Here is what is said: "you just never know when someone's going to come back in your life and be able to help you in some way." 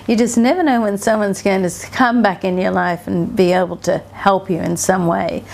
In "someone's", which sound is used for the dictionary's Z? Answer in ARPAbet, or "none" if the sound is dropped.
Z